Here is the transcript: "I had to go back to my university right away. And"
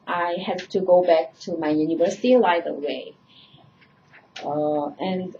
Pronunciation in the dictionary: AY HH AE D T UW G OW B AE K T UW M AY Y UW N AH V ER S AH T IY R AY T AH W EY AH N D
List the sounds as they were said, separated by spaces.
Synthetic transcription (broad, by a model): AY HH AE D T UW G OW B AE K T UW M AY Y UW N AH V ER S AH T IY L AY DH AH W EY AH N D